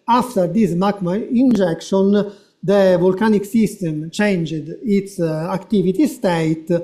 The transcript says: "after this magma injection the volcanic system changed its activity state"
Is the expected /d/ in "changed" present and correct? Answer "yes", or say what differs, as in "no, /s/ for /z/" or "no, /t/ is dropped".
yes